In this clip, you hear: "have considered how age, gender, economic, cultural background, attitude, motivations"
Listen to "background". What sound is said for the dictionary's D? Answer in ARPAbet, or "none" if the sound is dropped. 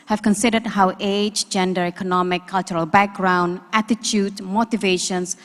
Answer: D